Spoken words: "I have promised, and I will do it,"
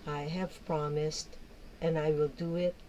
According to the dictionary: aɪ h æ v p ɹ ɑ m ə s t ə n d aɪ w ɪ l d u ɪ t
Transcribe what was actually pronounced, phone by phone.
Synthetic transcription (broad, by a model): aɪ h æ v p ɹ ɑ m ə s t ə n aɪ w ɪ l d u ɪ t